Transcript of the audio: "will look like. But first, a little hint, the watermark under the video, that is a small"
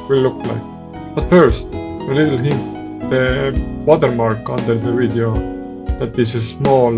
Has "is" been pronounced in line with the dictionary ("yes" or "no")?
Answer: no